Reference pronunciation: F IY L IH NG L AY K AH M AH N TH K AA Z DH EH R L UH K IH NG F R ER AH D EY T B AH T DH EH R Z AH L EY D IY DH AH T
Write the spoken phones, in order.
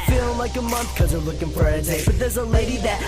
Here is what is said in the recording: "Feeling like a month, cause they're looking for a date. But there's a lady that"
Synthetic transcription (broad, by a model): F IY L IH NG L AY K AH M AH N TH K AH Z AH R L UH K IH NG F R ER AH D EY B AH T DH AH R Z AH L EY D IY DH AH T